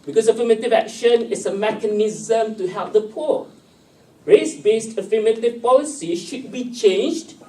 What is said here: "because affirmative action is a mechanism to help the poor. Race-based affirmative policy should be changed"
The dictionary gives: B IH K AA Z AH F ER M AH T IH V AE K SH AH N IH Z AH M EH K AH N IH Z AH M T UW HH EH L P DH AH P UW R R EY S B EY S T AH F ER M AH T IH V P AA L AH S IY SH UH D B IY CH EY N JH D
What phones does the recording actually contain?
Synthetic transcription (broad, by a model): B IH K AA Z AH F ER M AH T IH V AE K SH AH N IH S AH M EH K AH N IH Z AH M T UW HH EH L P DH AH P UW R R EY S B EY S T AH F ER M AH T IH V P AA L AH S IY SH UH D B IY CH EY N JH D